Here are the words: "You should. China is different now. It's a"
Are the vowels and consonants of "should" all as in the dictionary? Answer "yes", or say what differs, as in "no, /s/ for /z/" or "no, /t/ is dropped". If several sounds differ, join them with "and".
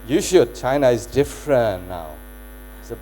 yes